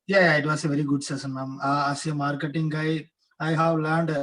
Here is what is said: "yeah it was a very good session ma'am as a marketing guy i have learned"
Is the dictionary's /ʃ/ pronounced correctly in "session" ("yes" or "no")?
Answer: no